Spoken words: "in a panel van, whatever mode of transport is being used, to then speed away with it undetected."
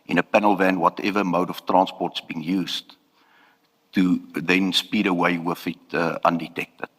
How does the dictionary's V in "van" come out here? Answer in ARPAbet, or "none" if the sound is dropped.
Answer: V